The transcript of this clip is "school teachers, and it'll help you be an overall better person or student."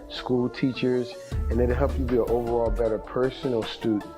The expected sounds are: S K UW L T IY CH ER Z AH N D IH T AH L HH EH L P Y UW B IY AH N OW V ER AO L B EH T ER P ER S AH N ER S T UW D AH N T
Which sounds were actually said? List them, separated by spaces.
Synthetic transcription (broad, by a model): S K UW L T IY CH ER Z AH N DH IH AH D HH EH L P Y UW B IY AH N OW V ER AO L B EH T ER P ER S AH N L S T UW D N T